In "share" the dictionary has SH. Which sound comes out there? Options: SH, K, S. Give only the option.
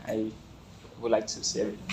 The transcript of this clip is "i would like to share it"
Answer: S